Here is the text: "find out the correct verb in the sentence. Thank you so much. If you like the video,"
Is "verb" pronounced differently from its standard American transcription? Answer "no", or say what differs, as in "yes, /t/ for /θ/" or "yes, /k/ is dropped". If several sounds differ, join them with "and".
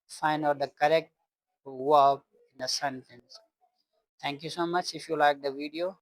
yes, /w/ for /v/